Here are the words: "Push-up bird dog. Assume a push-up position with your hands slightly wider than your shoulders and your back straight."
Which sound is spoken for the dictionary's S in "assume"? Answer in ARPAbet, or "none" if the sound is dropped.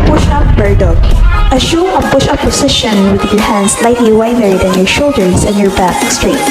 SH